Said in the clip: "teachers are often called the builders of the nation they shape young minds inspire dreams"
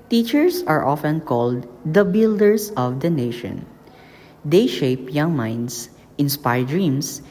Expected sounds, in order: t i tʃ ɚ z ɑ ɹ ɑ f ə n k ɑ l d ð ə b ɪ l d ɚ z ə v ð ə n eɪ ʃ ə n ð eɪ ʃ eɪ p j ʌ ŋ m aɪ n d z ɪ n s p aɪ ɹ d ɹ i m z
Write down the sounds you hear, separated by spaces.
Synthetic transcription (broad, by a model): t i tʃ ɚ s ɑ ɹ ɑ f ə n k ɑ l d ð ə b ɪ l d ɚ s ə v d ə n eɪ ʃ ə n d eɪ ʃ eɪ p j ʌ ŋ m aɪ n d s ɪ n s p aɪ ɹ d ɹ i m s